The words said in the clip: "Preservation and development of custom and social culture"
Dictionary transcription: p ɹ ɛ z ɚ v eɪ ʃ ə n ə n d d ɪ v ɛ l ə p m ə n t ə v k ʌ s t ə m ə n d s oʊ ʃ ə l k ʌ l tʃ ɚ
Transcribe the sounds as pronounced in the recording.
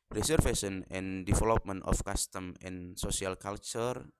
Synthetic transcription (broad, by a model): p ɹ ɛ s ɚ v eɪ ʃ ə n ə n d d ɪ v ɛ l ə p m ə n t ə f k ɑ s t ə m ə n s oʊ s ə l k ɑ l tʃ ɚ